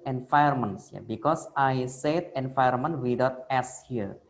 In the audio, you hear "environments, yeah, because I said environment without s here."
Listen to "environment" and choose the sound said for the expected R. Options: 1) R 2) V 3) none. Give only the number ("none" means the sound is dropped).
3